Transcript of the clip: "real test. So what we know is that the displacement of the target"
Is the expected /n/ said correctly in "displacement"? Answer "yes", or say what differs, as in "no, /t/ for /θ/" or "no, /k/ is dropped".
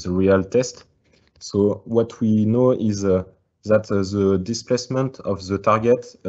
yes